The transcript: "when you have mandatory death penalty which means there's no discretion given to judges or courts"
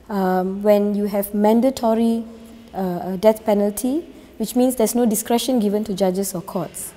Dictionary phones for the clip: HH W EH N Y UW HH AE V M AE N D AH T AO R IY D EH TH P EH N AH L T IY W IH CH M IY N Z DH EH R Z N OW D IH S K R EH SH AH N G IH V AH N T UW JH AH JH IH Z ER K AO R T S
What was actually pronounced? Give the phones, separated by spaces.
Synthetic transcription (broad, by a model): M W EH N Y UW HH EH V M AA N D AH T AO R IY D EH T P EH N AH L T IY W IH CH M IY N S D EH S N OW D IH S K R EH SH AH N G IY V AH N T UW JH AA JH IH S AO K AO T S